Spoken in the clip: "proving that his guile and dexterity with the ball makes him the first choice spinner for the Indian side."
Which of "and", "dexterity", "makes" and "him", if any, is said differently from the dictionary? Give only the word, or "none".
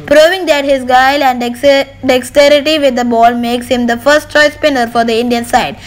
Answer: none